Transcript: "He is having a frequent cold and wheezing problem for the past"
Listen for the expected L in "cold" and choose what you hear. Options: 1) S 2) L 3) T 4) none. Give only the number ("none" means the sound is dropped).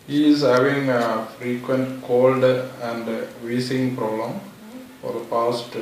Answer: 2